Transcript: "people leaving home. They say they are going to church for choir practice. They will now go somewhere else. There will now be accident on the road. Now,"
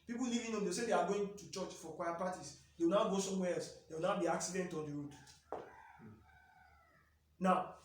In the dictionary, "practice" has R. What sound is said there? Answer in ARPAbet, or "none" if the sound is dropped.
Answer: none